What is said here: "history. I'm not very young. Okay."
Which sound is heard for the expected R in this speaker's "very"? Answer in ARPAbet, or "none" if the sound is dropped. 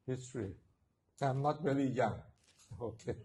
L